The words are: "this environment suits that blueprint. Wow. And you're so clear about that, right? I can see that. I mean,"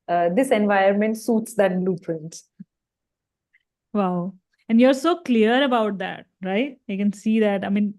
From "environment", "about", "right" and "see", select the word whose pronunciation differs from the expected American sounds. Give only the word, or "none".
environment